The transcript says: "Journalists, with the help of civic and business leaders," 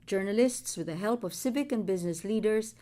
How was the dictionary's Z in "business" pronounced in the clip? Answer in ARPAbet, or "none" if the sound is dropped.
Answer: Z